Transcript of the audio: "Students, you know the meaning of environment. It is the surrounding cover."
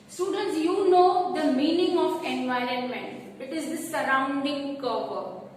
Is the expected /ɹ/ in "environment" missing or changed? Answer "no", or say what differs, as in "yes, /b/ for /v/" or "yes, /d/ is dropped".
no